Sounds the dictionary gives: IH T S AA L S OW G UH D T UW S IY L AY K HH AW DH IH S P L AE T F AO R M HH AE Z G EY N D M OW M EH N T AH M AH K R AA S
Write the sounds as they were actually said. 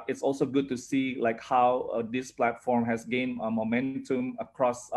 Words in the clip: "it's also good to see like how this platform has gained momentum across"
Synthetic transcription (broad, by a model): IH T S AA L S OW G UH D T UW S IY L AY K HH AW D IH S P L AE T F AO R M HH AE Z G EY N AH M OW M EH N T AH M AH K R AA S